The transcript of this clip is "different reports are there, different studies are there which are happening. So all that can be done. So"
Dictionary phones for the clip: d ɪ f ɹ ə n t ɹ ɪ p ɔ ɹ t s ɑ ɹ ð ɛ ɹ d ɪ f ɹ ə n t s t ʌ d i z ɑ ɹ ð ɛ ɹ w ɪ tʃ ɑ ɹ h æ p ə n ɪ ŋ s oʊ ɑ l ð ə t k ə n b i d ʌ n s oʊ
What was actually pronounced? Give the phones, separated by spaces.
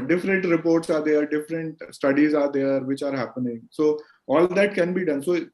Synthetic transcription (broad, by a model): d ɪ f ɹ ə n t ɹ ɪ p ɔ ɹ t s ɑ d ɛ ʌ ɹ d ɪ f ɹ ə n t s t ʌ d i z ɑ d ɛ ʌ ɹ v ɪ tʃ ɑ ɹ h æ p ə n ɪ ŋ s oʊ ɑ l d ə t k ə n b i d ʌ n s oʊ